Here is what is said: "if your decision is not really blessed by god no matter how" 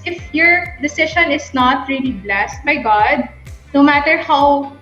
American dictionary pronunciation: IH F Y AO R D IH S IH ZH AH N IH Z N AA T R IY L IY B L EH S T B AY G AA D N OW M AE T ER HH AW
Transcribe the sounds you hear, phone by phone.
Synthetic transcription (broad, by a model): IH F Y AO R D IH S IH SH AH N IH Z N AA T R IY L IY B L EH S T B AY G AA D N OW M AE T ER HH AW